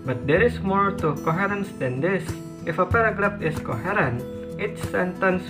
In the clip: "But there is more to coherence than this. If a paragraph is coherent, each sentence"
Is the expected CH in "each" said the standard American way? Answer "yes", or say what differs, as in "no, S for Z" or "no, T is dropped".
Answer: no, S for CH